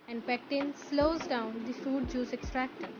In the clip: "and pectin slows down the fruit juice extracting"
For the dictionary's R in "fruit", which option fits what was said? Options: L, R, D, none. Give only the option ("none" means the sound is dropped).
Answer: none